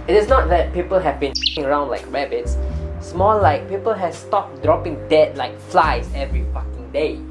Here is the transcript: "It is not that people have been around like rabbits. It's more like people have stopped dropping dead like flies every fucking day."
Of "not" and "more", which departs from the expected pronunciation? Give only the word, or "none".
more